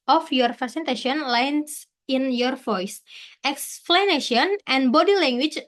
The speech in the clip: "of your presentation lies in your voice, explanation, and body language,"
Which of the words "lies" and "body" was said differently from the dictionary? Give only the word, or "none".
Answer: lies